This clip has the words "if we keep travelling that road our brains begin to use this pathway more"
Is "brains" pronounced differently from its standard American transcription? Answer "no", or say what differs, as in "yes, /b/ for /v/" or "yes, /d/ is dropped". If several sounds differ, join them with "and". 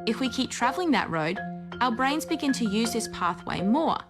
no